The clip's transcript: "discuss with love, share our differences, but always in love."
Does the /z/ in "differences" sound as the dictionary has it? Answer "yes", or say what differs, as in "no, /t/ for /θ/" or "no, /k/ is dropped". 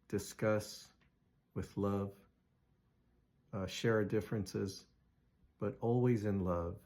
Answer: yes